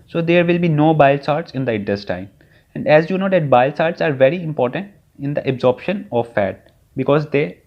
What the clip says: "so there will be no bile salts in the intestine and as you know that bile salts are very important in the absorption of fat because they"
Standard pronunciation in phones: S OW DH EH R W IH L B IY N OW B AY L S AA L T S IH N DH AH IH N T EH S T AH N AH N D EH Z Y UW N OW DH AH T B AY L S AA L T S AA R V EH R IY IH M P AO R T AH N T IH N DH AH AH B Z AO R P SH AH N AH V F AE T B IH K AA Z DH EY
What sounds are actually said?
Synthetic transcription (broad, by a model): S OW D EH R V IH L B IY N OW B AY L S AA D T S IH N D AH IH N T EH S T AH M AH N D EH Z Y UW N OW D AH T B AY L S AA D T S AA R V EH R IY IH M P AO R T AH N T IH N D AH AH B Z AO R P SH AH N AH V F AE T B IH K AA Z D EY